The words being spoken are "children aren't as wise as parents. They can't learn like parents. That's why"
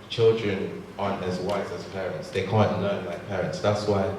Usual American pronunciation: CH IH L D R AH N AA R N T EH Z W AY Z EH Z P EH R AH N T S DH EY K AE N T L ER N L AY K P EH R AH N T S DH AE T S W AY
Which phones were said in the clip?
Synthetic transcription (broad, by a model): CH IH L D R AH N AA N EH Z W AY Z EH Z P EH R AH N T S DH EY K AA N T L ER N L AY K P EH R AH N T S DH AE T S W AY